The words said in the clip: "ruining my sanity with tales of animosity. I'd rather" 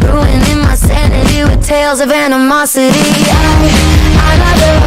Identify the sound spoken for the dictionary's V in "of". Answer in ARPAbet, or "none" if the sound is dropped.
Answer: V